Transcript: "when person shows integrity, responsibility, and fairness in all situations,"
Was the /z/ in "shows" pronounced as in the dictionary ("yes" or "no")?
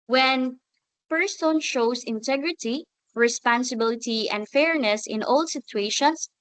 no